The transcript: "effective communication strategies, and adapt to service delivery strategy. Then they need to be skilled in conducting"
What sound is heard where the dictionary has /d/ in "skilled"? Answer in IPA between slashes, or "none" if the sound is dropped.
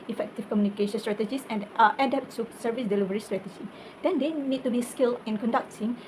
none